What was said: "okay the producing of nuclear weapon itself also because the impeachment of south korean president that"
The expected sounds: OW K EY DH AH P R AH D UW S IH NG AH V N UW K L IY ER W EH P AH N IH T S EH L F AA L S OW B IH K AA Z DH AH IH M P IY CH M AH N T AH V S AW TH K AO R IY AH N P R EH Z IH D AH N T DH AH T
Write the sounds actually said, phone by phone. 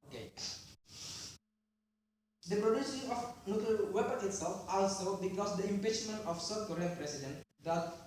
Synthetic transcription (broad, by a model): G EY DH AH P R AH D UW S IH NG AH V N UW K IY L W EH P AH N IH T S EH L F AA L S OW B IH K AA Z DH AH IH M P IY CH M AH N T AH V S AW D K AO R IY AH N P R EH S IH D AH N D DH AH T